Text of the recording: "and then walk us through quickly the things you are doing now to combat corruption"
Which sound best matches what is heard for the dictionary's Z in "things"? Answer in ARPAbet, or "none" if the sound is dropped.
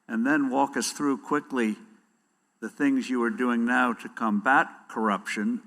Z